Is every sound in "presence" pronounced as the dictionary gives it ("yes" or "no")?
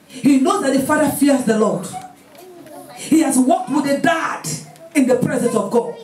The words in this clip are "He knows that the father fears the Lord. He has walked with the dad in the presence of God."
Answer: yes